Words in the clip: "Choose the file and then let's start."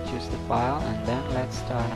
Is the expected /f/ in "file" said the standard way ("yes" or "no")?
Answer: yes